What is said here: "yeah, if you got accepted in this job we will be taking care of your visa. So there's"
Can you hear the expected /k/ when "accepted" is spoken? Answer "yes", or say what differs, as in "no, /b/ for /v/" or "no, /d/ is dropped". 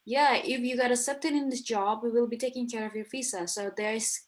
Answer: no, /k/ is dropped